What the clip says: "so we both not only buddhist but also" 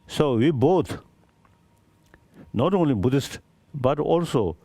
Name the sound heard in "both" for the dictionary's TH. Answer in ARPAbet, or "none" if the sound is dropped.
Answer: T